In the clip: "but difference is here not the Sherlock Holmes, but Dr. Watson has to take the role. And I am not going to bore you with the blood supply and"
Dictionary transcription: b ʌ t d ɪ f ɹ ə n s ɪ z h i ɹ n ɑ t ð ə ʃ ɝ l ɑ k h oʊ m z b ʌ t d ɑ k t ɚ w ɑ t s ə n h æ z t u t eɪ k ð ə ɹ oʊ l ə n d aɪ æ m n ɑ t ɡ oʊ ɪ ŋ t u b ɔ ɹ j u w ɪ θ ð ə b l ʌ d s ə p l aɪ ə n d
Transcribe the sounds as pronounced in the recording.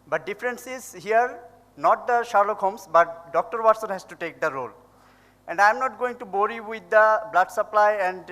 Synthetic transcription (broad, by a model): b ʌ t d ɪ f ɹ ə n s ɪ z h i ɹ n ɑ t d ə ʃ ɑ l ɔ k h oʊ m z b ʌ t d ɑ k t ɚ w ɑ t s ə n h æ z t u t eɪ k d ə ɹ oʊ l ə n d aɪ m n ɑ t ɡ oʊ ɪ ŋ t u b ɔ ɹ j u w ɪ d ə b l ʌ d s ə p l aɪ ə n d